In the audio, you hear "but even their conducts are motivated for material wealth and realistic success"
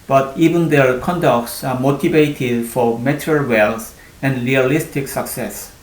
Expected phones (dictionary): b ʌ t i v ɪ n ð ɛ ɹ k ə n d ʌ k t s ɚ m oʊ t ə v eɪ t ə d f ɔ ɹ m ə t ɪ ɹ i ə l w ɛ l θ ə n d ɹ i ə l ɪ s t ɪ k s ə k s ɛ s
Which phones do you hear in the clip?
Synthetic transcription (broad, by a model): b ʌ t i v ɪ n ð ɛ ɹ k ə n d ʌ k t s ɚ m oʊ t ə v eɪ t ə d f ɔ ɹ m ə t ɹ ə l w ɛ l s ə n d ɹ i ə l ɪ s t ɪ k s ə k s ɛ s